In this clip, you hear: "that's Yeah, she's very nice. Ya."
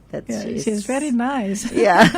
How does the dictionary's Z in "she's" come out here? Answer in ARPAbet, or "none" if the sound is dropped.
Z